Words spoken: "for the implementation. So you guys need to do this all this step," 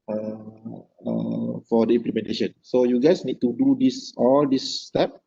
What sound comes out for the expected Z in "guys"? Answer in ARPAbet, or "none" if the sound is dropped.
S